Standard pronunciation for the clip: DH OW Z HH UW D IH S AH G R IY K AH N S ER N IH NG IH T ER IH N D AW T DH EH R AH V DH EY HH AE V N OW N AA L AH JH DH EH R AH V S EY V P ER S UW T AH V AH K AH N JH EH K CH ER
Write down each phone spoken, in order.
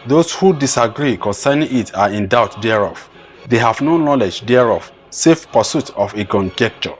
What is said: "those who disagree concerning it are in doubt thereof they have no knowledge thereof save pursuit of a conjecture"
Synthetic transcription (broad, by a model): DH OW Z HH UW D IH S AH G R IY K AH N S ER N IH NG IH T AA IH N D AW T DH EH R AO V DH EY HH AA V N OW N AA L AH JH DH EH R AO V S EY F P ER S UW T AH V AH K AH N JH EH K CH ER